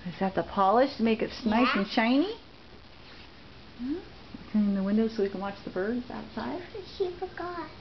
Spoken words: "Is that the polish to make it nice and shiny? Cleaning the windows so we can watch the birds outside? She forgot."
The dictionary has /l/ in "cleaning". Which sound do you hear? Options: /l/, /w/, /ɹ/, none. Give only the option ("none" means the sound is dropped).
none